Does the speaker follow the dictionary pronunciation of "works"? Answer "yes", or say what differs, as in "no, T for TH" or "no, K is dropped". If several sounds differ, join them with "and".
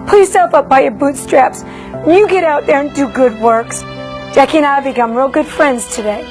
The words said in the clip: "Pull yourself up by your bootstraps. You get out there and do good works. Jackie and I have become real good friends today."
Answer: yes